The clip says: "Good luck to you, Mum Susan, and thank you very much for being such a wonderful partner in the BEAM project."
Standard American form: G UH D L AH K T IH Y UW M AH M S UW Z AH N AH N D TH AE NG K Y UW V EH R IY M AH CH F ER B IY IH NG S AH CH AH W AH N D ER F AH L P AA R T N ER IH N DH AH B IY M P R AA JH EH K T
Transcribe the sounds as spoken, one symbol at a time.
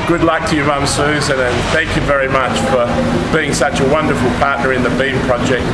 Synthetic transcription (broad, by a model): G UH D L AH K T IH Y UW M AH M S UW Z AH N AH N TH AE NG K Y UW V EH R IY M AH CH F ER B IY IH NG S AH CH AH W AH N D ER F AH L P AA R T N ER IH N DH AH B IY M P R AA JH EH K T